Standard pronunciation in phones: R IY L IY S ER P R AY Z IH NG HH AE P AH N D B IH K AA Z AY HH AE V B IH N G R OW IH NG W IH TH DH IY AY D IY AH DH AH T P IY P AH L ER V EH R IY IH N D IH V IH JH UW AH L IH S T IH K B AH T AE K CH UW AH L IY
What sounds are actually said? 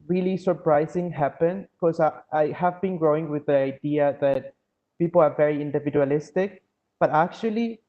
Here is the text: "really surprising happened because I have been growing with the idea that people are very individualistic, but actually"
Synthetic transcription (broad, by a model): R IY L IY S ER P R AY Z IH NG HH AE P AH N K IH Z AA AY HH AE V B IH N G R OW IH NG W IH DH IY AY D IY AH DH AH T P IY P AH L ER V EH R IY IH N D IH V IH JH UW AH L IH S T IH K B AH T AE K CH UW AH L IY